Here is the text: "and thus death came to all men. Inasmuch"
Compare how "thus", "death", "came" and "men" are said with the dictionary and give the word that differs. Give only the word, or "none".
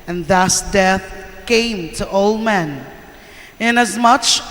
none